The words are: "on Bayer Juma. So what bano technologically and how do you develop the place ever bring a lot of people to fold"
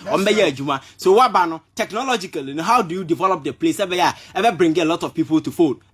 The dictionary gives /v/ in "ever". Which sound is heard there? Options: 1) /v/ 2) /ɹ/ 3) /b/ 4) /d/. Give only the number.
3